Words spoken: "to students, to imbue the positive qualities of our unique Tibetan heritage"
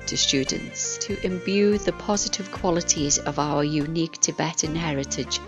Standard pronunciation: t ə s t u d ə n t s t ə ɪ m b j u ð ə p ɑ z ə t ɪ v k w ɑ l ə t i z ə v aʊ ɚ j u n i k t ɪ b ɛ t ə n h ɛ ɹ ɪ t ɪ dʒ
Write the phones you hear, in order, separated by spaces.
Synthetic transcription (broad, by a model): t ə s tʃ u d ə n t s t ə ɪ m b j u ð ə p ɑ z ə t ɪ v k w ɑ l ə t i z ə v aʊ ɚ j u n i k t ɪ b ɛ t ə n h ɛ ɹ ɪ t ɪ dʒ